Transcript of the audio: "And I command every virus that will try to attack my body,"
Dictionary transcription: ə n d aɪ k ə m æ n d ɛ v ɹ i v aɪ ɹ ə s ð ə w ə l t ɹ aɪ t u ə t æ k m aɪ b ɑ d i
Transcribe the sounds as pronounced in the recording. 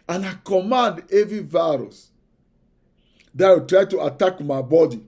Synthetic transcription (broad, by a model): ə n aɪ k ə m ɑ n d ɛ v i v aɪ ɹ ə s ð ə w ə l t ɹ aɪ t u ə t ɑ k m aɪ b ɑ d i